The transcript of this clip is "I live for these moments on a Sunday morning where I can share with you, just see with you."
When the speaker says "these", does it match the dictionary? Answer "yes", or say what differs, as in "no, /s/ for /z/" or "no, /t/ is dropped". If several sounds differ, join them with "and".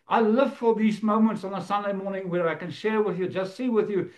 yes